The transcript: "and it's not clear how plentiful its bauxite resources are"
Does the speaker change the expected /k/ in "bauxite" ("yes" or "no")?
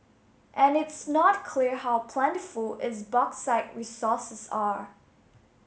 no